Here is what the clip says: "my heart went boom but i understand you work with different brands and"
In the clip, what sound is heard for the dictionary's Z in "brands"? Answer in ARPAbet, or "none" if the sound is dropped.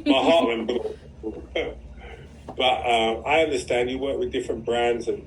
Z